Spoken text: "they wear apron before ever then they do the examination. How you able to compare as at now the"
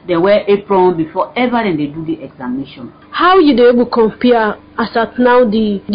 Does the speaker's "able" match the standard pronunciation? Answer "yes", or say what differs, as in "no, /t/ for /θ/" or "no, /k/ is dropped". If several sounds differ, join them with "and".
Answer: no, /b/ is dropped